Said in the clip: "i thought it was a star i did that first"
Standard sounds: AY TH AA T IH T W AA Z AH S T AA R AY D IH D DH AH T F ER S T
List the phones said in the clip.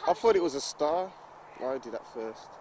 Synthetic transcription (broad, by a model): AY F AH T IH T W AA Z AH S T AA W AY D IH D DH AH T F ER S T